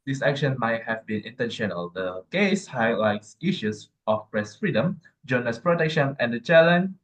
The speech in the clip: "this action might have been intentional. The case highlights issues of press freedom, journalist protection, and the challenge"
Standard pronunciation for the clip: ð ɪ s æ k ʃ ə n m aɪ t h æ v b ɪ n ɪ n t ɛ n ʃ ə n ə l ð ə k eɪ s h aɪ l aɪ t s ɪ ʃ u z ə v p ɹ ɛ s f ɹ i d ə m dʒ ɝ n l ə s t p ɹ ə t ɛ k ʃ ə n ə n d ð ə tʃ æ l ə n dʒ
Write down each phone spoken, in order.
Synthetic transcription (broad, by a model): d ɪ s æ k ʃ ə n m aɪ t h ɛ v b ɪ n ɪ n t ɛ n ʃ ə n ə l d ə k eɪ s h aɪ l aɪ t s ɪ ʃ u s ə f p ɹ ɛ s f ɹ i d ə m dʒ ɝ n ə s p ɹ ə t ɛ k ʃ ə n ə n d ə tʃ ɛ l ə n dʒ